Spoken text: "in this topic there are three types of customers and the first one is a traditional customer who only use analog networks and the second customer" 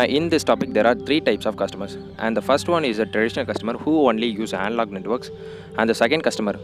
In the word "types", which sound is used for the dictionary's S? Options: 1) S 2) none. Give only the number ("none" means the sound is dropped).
1